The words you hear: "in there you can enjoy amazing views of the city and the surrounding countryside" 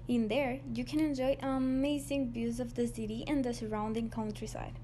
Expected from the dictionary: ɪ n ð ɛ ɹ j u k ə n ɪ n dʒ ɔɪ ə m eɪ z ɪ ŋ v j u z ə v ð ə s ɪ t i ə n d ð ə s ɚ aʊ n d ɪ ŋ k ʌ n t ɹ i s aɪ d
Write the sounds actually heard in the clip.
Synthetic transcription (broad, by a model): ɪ n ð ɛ ɹ j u k ə n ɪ n dʒ ɔɪ ə m eɪ z ɪ ŋ b j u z ə v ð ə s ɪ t i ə n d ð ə s ɚ aʊ n d ɪ ŋ k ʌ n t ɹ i s aɪ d